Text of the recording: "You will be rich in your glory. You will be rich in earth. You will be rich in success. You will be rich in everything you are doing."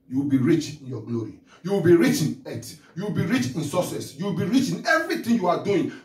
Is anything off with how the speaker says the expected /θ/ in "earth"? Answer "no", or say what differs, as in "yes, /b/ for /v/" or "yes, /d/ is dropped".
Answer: yes, /t/ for /θ/